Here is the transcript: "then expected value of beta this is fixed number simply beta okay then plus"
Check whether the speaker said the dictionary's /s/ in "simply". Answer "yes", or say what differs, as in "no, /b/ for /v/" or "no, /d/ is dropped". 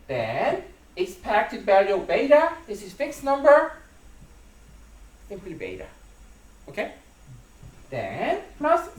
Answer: no, /θ/ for /s/